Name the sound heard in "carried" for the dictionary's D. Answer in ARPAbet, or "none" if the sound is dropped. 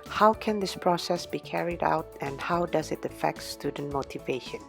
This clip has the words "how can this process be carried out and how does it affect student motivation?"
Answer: D